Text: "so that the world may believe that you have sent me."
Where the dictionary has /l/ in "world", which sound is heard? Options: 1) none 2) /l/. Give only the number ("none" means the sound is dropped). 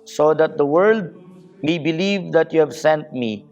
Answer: 2